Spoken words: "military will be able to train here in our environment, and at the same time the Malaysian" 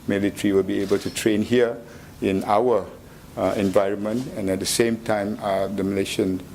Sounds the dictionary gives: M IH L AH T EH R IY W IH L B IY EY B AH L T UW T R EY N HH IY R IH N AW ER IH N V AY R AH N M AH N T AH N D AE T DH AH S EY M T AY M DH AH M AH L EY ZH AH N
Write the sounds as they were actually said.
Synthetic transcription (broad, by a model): M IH L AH T R IY W IH L B IY EY B AH L T UW T R EY N HH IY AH IH N AW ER IH N V AY R AH N M AH N T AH N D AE T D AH S EY M T AY M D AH M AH L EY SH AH N